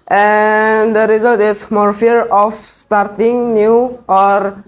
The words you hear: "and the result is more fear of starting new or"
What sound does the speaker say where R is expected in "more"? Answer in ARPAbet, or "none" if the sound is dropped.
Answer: R